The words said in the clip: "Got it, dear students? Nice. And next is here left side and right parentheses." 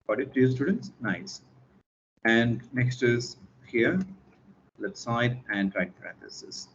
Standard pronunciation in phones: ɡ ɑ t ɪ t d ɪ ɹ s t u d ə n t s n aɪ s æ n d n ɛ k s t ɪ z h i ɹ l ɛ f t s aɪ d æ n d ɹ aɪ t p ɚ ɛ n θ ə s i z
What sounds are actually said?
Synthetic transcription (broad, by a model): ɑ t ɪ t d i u s t u d ə n t s n aɪ s æ n d n ɛ k s t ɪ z h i ɹ l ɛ t s aɪ d æ n d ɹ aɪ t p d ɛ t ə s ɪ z